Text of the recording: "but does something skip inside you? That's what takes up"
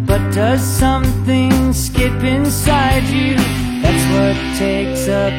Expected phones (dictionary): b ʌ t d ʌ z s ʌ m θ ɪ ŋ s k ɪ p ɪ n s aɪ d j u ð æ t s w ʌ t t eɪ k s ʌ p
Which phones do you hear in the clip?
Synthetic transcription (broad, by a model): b ʌ t d ʌ z s ʌ m θ ɪ ŋ s k ɪ p ɪ n s aɪ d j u ð æ t s w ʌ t t eɪ k s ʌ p